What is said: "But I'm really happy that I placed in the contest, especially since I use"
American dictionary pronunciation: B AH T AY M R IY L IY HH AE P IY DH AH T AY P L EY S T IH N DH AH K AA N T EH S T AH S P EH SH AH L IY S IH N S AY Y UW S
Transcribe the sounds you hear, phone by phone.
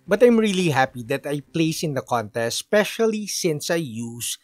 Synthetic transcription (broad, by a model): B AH T AY M R IY L IY HH AE P IY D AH T AY P L EY S IH N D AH K AA N T EH S T S P EH SH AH L IY S IH N S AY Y UW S